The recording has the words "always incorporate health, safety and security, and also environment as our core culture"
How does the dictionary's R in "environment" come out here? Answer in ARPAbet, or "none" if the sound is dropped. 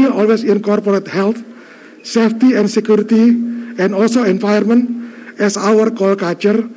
none